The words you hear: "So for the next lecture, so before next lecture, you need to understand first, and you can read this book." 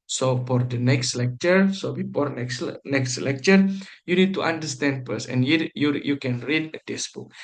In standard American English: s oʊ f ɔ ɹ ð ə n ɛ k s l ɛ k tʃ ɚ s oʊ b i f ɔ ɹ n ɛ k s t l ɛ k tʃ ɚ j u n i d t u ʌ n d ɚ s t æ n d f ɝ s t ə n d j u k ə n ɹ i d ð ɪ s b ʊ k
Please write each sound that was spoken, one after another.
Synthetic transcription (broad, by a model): s oʊ f ɔ ɹ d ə n ɛ k s l ɛ k tʃ ɚ s oʊ b i f ɔ ɹ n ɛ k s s l ɛ k tʃ ɚ j u n i d t u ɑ n d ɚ s t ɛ n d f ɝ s ə n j j u k ə n ɹ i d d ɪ s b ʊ k